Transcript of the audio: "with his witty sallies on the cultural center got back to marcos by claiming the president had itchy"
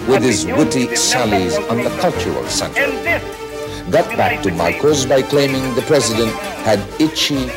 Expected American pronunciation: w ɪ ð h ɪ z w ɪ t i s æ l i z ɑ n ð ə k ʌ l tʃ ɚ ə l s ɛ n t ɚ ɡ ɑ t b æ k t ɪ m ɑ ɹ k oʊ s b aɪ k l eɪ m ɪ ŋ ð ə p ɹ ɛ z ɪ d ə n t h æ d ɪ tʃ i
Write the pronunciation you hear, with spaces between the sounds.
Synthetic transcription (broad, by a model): w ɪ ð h ɪ z w ɪ t i s æ l i z n ð ə k ʌ l tʃ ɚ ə l s ɛ n t ɚ ɡ ɑ t b æ k t ɪ m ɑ ɹ k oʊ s b aɪ k l eɪ m ɪ ŋ ð ə p ɹ ɛ z ɪ d ə n t h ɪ d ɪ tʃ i